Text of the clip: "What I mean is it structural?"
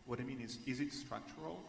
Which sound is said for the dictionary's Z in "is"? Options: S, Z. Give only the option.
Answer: Z